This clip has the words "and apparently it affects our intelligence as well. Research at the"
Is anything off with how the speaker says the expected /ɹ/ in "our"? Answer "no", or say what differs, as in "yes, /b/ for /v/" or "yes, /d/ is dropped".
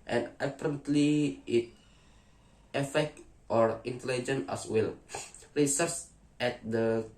no